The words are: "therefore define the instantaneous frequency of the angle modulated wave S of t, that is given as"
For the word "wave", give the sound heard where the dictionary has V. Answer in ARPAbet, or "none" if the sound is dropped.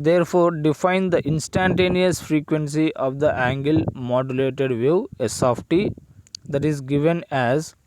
none